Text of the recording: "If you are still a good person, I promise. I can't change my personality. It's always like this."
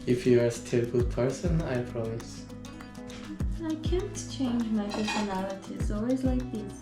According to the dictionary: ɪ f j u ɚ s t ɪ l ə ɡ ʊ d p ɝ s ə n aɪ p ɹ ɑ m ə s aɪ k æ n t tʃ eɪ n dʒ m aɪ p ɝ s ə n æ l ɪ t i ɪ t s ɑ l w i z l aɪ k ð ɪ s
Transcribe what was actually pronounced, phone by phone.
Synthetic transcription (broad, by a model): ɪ f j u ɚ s t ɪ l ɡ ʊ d p ɝ s ə n aɪ p ɹ ɑ m ə s aɪ k æ n t tʃ eɪ n dʒ m aɪ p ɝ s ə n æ l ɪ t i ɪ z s ɑ l w i z l aɪ k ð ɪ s